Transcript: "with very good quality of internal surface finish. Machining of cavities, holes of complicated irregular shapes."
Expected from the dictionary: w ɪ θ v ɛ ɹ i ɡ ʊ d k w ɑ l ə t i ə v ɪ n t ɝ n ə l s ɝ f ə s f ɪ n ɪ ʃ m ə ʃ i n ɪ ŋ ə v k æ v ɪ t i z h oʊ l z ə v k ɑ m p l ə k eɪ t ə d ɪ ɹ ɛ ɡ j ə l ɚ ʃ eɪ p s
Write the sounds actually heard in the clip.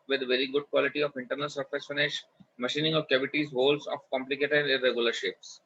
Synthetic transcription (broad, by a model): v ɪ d v ɛ ɹ i ɡ ʊ d k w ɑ l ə t i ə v ɪ n t ɝ n ə l s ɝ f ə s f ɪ n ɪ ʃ m ə ʃ i n ɪ ŋ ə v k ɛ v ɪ t i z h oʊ l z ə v k ɑ m p l ə k eɪ t ə d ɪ ɹ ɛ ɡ j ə l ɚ ʃ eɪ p s